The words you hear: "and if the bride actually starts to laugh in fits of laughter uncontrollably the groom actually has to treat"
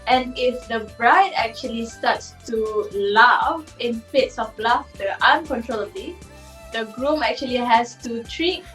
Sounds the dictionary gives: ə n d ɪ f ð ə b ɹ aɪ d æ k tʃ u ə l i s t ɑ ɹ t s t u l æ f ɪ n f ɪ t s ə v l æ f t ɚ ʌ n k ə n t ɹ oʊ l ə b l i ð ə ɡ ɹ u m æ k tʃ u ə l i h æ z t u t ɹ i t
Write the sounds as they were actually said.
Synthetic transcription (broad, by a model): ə n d ɪ f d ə b ɹ aɪ d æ k tʃ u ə l i s t ɑ t s t u l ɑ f ɪ n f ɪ t s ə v l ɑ f t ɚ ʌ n k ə n t ɹ oʊ l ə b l i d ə ɡ ɹ u m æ k tʃ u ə l i h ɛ s t u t ɹ i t